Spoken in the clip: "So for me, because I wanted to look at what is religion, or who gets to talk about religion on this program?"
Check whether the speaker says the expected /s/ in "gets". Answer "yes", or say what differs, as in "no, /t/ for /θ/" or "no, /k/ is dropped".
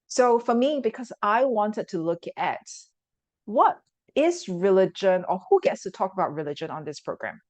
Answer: yes